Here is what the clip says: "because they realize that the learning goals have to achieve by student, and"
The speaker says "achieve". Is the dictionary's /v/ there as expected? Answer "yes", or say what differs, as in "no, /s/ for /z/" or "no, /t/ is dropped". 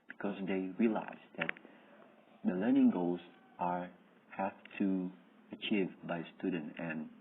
yes